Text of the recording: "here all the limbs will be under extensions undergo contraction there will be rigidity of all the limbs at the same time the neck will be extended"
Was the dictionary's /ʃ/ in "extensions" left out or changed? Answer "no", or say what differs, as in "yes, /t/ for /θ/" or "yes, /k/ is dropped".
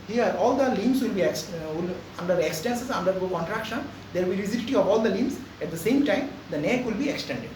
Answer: yes, /s/ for /ʃ/